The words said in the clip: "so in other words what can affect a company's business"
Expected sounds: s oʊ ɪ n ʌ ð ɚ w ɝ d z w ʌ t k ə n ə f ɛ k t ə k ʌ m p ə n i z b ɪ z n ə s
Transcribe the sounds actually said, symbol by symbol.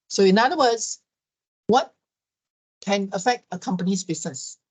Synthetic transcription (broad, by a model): s oʊ ɪ n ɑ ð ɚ w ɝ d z w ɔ t k ə n ə f ɛ k t ə k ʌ m p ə n i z b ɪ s n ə s